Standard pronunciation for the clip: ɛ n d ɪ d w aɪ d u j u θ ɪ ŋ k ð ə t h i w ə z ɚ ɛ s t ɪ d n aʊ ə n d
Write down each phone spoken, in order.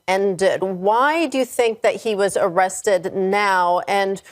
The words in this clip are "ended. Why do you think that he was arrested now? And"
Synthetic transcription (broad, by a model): ɛ n d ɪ d w aɪ d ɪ j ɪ θ ɪ ŋ k ð ə t h i w ə z ɚ ɛ s t ɪ d n aʊ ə n